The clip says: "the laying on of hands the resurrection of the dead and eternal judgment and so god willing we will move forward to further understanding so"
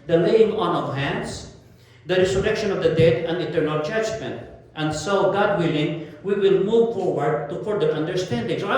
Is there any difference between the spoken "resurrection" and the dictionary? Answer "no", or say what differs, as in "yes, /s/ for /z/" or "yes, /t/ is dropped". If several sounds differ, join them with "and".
yes, /s/ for /z/